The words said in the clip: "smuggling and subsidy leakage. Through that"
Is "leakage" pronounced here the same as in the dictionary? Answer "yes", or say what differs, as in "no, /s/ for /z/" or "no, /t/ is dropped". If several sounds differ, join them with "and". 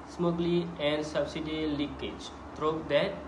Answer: yes